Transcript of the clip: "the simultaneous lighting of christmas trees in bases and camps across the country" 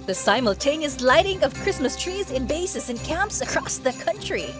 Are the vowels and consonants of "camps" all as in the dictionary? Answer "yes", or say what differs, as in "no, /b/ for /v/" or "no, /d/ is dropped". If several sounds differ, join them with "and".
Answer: yes